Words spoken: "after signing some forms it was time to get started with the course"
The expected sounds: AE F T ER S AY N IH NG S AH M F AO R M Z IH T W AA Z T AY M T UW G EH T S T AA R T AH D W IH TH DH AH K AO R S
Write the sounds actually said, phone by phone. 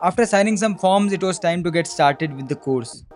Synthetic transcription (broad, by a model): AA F T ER S AY N IH NG S AH M F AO R M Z IH T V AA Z T AY M T UW G EH T S T AA R T AH D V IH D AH K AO R S